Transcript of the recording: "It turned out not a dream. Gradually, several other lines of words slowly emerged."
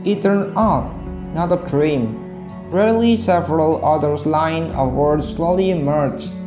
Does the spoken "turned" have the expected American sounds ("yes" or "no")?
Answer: no